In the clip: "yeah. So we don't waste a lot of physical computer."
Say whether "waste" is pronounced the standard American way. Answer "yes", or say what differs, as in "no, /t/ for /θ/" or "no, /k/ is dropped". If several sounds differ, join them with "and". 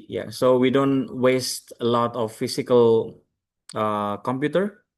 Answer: yes